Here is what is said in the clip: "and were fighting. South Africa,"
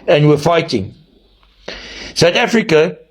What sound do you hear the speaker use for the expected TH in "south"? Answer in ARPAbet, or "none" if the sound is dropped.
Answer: T